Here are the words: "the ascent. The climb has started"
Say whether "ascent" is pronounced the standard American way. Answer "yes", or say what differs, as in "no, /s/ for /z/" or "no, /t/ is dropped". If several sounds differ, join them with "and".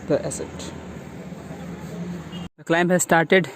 no, /n/ is dropped